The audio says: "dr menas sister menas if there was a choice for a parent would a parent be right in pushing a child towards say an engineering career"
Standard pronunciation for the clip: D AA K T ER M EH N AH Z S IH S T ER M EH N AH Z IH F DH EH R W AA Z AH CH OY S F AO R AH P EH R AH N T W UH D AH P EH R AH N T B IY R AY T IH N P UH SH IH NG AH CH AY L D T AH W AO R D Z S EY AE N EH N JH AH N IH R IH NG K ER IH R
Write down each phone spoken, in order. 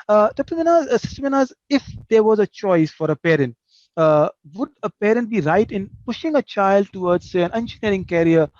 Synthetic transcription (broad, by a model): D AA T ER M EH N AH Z S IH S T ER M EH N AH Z IH F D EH R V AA Z AH CH OY S F AO R AH P EH R AH N T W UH D AH P EH R AH N T B IY R AY T IH N P UH SH IH NG AH CH AY L D T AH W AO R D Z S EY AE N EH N SH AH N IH R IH NG K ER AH R